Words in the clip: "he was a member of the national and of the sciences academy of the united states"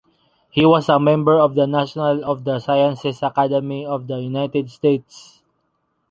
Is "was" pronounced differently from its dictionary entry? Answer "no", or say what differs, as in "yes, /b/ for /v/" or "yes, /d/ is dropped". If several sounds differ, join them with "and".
yes, /s/ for /z/